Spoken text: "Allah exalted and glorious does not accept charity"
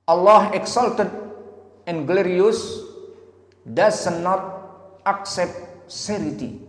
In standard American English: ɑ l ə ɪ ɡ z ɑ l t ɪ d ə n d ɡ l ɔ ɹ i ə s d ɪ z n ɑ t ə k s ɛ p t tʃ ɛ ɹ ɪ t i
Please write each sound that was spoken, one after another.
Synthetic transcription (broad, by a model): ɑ l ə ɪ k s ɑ l t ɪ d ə n ɡ l ɔ ɹ i ə s d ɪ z n ɑ t ə k s ɛ p t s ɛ ɹ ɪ t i